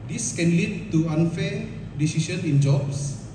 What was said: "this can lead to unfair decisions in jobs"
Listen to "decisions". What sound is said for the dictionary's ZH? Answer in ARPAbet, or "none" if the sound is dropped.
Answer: S